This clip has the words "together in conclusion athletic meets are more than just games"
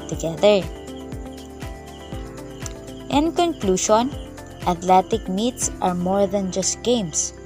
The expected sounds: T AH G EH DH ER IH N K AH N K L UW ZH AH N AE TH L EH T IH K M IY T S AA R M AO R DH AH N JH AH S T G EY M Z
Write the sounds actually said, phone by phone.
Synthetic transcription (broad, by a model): T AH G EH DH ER IH N K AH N K L UW SH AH N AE T L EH T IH K M IY T S AA R M AO R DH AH N JH AH S T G EY M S